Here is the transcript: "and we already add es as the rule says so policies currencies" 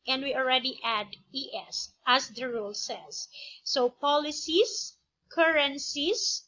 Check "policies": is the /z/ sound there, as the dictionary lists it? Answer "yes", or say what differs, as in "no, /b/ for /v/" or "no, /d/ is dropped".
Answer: no, /s/ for /z/